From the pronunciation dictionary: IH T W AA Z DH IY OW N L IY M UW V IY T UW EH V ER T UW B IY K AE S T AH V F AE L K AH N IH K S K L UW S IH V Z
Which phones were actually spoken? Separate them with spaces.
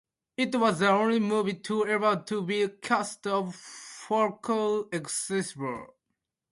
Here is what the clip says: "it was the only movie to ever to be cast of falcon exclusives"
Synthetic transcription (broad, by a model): IH T W AA Z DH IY OW N L IY M UW V IY T UW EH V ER T UW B IY K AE S T AH V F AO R K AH IH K S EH S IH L